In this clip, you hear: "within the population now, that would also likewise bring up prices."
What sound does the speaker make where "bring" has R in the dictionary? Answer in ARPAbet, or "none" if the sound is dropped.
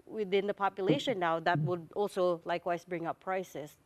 R